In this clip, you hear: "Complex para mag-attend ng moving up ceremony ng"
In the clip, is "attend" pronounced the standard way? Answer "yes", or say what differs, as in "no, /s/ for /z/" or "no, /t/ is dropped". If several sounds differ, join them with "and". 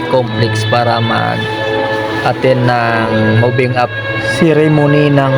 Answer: no, /d/ is dropped